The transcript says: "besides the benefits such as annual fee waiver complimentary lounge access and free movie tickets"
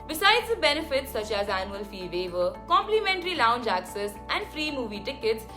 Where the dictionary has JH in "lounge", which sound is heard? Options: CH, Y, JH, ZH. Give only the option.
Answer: JH